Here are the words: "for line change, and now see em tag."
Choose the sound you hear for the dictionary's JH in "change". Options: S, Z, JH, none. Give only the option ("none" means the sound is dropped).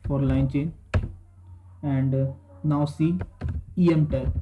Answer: none